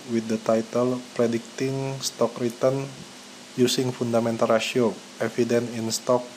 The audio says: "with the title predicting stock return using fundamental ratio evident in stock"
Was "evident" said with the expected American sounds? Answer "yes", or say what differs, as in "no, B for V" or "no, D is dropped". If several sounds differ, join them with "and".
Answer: no, T is dropped